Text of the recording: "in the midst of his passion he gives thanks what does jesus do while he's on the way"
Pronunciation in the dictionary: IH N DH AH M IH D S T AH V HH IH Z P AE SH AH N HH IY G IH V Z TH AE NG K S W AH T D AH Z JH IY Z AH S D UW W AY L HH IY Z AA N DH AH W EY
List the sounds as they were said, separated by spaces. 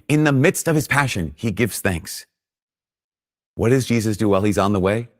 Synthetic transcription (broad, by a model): IH N DH AH M IH D S T AH V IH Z P AE SH AH N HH IY G IH V Z TH AE NG K S W AH T D AH Z JH IY Z AH S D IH W AY L IY Z N DH AH W EY